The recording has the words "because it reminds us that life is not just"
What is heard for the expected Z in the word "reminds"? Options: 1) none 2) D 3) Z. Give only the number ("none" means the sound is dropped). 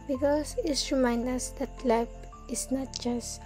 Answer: 1